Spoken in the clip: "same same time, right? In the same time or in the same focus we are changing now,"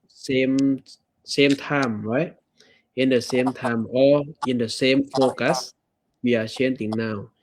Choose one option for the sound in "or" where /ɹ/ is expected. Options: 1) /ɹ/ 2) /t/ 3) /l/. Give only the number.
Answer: 3